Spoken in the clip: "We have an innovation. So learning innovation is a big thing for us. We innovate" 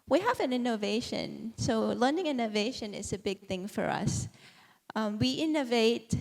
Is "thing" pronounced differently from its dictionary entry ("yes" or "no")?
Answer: no